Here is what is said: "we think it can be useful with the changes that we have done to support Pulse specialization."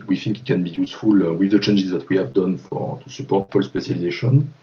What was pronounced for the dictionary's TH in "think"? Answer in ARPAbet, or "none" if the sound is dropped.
F